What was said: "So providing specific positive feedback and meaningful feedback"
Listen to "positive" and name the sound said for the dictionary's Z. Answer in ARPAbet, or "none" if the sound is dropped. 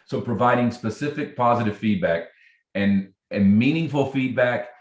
Z